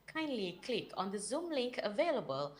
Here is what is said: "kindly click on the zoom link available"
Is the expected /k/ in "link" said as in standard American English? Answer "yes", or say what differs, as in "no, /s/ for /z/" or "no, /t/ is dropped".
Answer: yes